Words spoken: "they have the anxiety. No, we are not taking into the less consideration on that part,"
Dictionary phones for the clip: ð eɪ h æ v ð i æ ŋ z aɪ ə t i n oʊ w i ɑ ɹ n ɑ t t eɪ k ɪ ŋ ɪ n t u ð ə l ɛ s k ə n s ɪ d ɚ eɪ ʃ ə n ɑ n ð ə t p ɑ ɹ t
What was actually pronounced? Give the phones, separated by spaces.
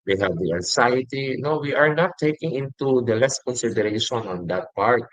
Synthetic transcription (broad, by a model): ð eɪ h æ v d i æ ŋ s aɪ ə t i n oʊ w i ɑ ɹ n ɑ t t eɪ k ɪ ŋ ɪ n t u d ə l ɛ s k ə n s ɪ d ɚ eɪ ʃ ə n ɑ n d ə t p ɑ ɹ t